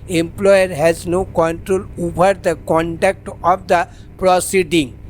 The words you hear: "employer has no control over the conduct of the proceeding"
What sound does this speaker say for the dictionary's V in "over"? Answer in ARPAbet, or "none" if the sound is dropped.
B